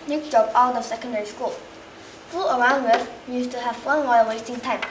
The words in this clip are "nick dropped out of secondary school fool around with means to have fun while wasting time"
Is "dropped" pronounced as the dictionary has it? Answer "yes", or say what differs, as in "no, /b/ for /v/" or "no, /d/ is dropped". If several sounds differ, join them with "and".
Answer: no, /t/ is dropped